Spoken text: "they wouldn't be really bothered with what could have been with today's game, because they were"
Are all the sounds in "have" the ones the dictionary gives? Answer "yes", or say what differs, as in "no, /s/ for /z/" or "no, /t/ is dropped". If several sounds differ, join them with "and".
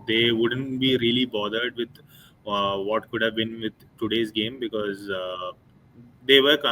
yes